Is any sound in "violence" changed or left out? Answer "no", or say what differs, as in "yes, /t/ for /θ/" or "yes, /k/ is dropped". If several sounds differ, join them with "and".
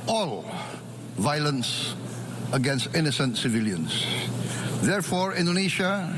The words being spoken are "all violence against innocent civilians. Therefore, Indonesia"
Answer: no